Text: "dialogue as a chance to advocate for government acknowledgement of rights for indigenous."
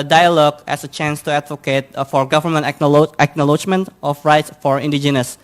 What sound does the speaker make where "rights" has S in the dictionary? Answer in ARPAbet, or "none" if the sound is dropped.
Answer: S